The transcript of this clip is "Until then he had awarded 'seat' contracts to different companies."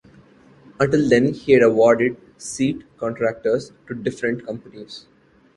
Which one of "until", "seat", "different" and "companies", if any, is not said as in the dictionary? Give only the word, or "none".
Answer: none